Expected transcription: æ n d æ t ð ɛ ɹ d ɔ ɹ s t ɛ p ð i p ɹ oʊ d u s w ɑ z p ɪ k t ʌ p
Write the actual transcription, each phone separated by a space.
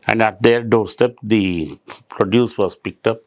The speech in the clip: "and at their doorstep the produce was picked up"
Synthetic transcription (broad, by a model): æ n d æ t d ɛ ɹ d ɔ ɹ s t ɛ p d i p ɹ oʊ d u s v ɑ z p ɪ k t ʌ p